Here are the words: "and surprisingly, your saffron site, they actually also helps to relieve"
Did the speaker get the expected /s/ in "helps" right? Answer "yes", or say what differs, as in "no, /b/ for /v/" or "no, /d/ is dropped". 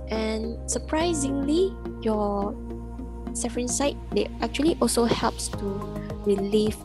yes